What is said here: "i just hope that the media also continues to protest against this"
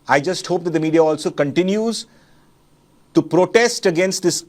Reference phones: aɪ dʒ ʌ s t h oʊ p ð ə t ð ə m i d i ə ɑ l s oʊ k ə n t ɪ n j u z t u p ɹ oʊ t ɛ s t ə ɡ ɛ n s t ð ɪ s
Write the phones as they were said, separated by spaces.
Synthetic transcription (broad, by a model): aɪ dʒ ʌ s t h oʊ p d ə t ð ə m i d i ə ɑ l s oʊ k ə n t ɪ n j u z t u p ɹ oʊ t ɛ s t ə ɡ ɛ n s t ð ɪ s